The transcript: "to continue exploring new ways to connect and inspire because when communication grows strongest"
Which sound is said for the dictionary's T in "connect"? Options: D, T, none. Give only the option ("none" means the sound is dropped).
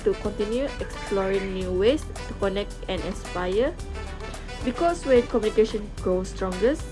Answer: T